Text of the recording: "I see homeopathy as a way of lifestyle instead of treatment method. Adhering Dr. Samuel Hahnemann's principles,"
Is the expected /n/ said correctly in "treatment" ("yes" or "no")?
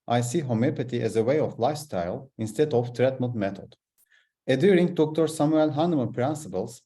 no